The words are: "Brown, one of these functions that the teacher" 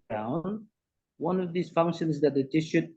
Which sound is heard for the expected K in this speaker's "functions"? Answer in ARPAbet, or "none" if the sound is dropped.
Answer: K